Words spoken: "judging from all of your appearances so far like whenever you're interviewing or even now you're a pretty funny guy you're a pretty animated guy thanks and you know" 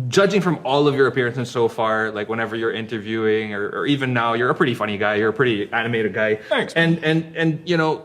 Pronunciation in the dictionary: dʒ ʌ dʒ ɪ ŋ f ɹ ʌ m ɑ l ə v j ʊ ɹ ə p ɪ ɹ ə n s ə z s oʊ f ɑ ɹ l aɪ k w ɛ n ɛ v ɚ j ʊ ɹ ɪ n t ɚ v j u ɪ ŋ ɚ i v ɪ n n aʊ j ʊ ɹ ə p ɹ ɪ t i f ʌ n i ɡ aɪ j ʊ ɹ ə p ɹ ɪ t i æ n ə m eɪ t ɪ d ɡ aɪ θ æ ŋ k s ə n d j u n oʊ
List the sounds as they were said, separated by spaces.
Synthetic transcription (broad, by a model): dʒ ʌ dʒ ɪ ŋ f ɹ ʌ m ɑ l ə v j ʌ ɹ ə p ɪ ɹ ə n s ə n s oʊ f ɑ ɹ l aɪ k w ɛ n ɛ v ɚ j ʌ ɹ ɪ n t ɚ v j u ɪ ŋ ɚ i v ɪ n n aʊ j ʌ ɹ ə p ɹ ɪ t i f ʌ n i ɡ aɪ j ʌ ɹ ə p ɹ ɪ t i æ n ə m eɪ t ɪ d ɡ aɪ s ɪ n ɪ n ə n j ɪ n oʊ